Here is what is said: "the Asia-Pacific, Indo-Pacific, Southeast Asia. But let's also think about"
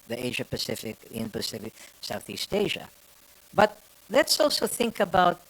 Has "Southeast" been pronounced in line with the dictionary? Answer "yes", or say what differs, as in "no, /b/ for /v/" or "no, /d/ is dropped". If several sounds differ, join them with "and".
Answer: yes